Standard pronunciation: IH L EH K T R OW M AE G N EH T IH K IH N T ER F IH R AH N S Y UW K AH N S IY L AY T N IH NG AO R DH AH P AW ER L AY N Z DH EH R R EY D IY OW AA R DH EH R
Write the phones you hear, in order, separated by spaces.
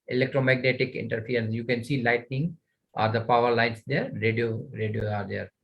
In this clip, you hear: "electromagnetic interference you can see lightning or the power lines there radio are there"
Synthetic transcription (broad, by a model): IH L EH K T R OW M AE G N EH T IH K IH N T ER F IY AH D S Y UW K AH N S IY L AY T N IH NG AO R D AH P AW ER L AY N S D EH R R EY D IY OW AA R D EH R